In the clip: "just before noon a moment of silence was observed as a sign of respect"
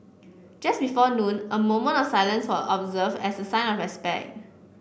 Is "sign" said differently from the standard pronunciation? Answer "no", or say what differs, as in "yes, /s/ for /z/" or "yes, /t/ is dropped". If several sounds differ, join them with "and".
no